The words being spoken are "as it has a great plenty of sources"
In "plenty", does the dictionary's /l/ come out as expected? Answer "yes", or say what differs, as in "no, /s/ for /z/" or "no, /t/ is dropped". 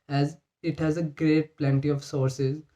yes